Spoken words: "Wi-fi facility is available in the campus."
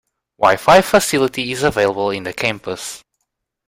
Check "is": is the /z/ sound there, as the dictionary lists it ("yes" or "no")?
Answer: yes